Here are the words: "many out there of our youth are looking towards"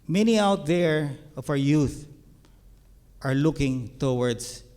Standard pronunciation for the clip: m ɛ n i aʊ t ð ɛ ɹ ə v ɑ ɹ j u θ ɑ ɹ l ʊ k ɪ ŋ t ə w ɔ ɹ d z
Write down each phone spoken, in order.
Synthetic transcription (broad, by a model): m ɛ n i aʊ t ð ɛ ɹ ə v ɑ w j u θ ɑ ɹ l ʊ k ɪ ŋ t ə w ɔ ɹ d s